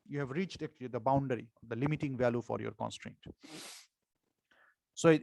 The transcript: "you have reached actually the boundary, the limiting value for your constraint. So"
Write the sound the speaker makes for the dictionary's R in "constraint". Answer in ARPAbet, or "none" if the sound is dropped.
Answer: R